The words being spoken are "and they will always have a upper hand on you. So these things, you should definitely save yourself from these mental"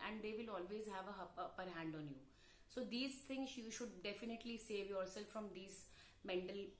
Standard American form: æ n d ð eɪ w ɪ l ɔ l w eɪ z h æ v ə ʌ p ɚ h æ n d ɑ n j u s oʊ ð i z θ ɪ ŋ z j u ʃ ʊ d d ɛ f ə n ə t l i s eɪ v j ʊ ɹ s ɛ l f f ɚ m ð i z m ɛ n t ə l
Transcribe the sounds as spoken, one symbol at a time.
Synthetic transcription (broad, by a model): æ n d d eɪ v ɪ l ɔ l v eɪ z h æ v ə ʌ p ɚ h æ n d ɑ n j u s oʊ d i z t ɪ ŋ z j u ʃ ʊ d d ɛ f ə n ə t l i s eɪ v j ʊ ɹ s ɛ l f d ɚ m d i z m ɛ n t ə l